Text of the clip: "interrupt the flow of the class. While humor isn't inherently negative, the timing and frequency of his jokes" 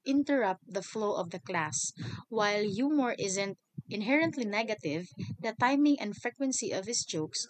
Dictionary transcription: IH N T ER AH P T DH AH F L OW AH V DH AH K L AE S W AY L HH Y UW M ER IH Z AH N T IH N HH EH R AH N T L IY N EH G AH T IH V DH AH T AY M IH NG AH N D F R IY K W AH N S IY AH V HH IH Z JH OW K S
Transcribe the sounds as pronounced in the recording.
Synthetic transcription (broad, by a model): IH N T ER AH P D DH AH F L OW AH V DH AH K L AE S W AY L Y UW M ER IH Z AH N T IH N HH EH R AH N T L IY N EH G AH T IH V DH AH T AY M IH NG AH N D F R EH K W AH N S IY AH V HH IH S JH OW K S